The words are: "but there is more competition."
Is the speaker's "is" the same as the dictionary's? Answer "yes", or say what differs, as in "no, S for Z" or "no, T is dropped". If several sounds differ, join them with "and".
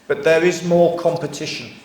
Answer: yes